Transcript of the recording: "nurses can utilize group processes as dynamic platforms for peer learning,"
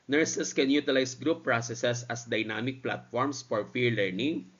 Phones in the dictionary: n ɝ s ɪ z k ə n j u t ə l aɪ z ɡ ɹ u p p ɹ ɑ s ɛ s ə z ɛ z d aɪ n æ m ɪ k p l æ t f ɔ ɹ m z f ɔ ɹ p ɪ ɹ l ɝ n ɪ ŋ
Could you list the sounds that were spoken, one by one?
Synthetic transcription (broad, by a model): n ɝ s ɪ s k ə n j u t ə l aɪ s ɡ ɹ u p p ɹ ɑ s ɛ s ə s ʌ s d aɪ n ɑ m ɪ k p l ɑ t f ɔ ɹ m s f ɔ ɹ f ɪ ɹ l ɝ n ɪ ŋ